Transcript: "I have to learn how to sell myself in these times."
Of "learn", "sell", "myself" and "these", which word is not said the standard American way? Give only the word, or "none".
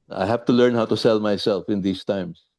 these